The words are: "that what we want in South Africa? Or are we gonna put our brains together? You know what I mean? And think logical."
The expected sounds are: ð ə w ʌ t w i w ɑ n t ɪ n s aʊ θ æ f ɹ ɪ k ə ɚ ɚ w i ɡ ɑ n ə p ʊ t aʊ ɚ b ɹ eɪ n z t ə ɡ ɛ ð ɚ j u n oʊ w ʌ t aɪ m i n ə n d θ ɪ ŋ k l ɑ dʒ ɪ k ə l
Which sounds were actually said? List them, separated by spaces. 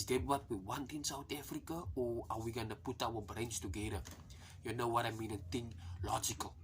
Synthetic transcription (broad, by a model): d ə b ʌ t w i w ɑ n t ɪ n s aʊ t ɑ f ɹ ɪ k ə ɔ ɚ w i ɡ ɑ n ə p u t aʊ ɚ b ɹ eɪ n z t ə ɡ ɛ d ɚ j u n oʊ w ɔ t aɪ m i n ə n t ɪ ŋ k l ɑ dʒ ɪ k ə l